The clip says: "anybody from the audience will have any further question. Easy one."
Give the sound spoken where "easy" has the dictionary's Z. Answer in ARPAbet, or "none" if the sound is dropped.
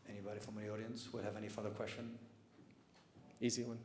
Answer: Z